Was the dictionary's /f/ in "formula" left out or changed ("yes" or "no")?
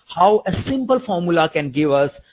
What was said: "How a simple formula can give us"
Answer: no